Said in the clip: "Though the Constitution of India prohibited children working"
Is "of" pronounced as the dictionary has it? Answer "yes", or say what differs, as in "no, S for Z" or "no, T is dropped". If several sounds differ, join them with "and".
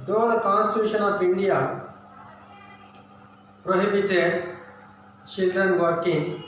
no, P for V